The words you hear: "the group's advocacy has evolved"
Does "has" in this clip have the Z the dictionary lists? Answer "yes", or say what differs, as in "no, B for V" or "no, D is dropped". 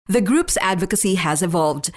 yes